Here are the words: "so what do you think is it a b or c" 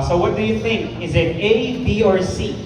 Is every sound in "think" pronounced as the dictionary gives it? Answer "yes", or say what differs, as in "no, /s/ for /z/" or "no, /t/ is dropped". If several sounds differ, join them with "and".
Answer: yes